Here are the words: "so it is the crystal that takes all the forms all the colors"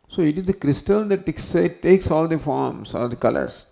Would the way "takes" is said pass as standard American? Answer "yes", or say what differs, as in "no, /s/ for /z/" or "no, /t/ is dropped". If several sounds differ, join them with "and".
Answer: no, /s/ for /t/